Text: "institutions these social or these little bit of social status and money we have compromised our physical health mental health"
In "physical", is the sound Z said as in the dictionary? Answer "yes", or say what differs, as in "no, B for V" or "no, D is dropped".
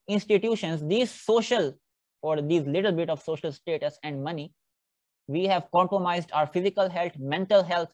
yes